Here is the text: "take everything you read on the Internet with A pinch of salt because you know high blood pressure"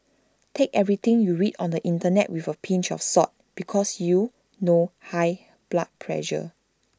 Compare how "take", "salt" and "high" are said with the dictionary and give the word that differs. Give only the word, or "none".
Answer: salt